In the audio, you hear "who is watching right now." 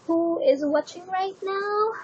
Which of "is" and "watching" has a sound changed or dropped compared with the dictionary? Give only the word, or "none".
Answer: none